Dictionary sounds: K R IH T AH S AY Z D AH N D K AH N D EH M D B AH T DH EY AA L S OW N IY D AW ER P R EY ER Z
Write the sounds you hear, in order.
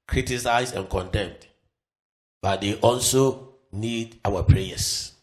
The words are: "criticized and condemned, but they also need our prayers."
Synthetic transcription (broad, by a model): K R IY T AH S AY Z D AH N K AH N D EH M D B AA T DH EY AA L S OW N IY D AW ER P R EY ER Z